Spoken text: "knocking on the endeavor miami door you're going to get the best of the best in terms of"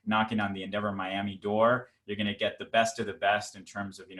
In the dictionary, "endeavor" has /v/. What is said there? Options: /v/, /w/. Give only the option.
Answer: /v/